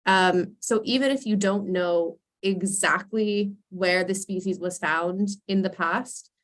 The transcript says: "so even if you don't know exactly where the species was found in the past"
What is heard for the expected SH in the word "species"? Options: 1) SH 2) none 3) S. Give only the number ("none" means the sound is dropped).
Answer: 1